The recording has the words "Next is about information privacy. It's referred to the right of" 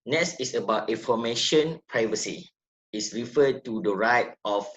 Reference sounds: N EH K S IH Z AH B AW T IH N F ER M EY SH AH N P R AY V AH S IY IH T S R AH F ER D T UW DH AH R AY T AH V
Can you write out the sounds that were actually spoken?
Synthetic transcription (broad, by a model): N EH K S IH S AH B AW T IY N F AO M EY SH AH N P R AY V AH S IY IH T S R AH F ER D T UW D AH R AY T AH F